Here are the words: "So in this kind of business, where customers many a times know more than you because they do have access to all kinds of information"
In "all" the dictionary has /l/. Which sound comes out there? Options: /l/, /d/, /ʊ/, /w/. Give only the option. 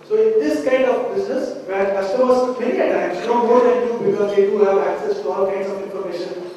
/l/